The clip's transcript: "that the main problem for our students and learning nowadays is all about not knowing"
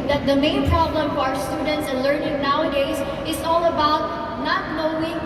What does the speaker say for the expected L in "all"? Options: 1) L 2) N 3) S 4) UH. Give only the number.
1